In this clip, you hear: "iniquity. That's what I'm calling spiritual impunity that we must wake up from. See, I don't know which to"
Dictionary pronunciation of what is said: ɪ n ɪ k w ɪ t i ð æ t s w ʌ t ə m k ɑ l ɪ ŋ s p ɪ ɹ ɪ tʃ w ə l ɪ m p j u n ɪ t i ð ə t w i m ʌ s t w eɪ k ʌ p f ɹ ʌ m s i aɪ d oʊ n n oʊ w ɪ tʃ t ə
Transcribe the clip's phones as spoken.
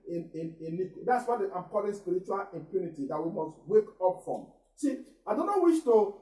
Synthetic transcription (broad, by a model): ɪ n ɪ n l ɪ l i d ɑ t s w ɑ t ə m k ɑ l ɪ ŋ s p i ɹ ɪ tʃ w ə l ɪ m p j u n ɪ t i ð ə t w i m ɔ s t w eɪ k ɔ p f ɹ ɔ m s i aɪ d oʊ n n oʊ w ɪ ʃ t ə